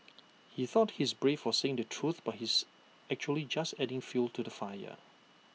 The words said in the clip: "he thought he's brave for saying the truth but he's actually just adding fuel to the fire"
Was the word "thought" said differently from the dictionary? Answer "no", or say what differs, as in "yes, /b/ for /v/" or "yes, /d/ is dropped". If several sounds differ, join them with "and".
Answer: no